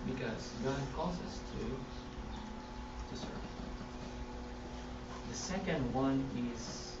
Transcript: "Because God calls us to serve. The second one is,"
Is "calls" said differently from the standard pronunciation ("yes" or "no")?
yes